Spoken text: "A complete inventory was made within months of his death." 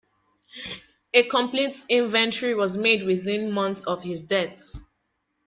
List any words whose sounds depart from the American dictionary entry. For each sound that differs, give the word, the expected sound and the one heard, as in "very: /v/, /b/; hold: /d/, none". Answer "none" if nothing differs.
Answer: months: /s/, none